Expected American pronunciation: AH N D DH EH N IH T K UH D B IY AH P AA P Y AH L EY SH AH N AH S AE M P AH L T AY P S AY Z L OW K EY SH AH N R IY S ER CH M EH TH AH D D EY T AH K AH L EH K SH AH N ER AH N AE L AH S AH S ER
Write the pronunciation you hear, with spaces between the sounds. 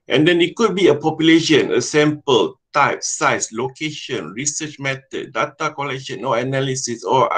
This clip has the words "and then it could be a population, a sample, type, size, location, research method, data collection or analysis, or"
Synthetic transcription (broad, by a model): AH N D EH N IH T K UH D B IY AH P AA P Y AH L EY SH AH N AH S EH M P AH L T AY P S AY S L OW K EY SH AH N R IY S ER CH M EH T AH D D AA T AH K AH L EH K SH AH N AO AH N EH L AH S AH S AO